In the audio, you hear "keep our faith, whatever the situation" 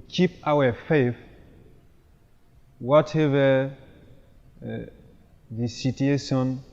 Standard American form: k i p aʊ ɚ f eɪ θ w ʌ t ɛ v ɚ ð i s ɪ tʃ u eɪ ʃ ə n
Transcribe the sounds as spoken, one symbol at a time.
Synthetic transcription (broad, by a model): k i p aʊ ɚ f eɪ f w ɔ t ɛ v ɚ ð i s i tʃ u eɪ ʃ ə n